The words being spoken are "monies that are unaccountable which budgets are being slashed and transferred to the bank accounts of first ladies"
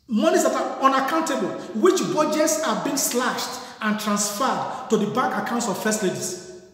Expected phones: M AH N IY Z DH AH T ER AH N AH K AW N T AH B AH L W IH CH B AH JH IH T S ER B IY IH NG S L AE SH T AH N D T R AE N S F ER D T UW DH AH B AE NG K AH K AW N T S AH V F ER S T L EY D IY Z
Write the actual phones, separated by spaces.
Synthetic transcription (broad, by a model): M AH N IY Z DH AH T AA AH N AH K AW N T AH B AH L W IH CH B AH JH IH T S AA B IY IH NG S L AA SH T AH N T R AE N S F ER D T UW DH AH B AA K AH K AW N T S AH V F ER S T L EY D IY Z